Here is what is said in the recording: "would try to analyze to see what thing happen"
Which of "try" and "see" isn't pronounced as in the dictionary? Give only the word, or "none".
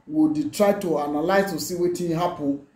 none